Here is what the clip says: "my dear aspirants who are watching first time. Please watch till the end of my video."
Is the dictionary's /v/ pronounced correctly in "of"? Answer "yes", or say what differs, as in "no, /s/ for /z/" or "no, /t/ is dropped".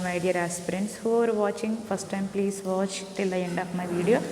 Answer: no, /p/ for /v/